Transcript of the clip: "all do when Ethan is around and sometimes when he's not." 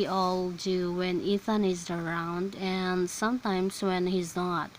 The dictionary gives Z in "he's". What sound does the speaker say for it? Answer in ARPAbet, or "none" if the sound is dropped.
Z